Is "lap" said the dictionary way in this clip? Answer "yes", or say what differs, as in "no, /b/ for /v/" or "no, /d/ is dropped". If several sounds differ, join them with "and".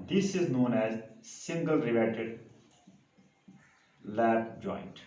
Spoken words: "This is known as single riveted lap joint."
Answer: no, /b/ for /p/